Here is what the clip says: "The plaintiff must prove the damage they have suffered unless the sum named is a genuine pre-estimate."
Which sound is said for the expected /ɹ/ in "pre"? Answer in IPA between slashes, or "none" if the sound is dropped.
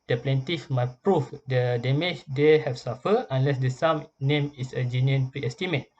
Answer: /ɹ/